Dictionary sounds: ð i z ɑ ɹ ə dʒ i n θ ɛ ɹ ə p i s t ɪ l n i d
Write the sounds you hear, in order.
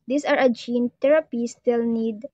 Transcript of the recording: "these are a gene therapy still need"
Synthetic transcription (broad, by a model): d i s ɑ ɹ ə dʒ i n t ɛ ɹ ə p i s t ɪ l n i d